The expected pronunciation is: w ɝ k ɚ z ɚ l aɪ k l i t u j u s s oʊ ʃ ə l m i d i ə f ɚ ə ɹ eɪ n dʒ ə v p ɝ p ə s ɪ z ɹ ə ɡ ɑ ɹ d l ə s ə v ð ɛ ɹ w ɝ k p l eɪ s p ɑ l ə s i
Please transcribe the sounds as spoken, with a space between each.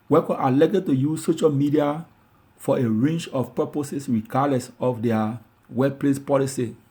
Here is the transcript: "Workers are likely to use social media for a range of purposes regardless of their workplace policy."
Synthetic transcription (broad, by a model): w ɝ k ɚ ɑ l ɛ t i t u j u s s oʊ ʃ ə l m i d i ə f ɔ ə ɹ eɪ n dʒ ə f p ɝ p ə s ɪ s ɹ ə ɡ ɑ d l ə s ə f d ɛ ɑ w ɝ p l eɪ s p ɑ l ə s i